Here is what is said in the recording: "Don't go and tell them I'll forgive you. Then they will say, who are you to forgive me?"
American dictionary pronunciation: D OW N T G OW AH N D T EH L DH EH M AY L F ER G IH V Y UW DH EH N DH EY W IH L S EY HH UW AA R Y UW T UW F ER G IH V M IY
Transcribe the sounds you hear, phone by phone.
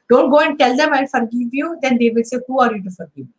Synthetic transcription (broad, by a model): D OW N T G OW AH N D T EH L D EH M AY N F ER G IH V Y UW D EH N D EY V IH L S EY HH UW AA R Y UW T UW F ER G IH V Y